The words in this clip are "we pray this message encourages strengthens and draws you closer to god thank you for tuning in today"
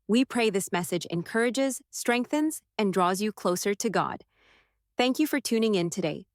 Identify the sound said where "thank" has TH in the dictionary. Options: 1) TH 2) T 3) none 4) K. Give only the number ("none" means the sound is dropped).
1